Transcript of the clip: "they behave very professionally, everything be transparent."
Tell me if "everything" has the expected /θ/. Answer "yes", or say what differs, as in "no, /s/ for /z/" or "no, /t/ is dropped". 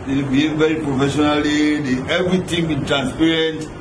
no, /t/ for /θ/